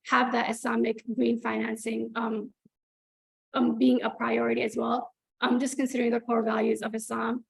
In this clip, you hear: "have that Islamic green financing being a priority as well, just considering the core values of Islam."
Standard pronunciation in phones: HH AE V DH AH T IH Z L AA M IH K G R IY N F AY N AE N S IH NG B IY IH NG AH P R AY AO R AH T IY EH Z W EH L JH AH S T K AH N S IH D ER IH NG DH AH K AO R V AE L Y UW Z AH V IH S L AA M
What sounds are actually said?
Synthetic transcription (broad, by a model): HH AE V DH AH T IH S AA M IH K G R IY N F AY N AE N S IH NG B IY IH NG AH P R AY AO R AH T IY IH Z W EH L JH AH S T K AH N S IH D ER IH NG DH AH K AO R V AE L Y UW Z AH V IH S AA M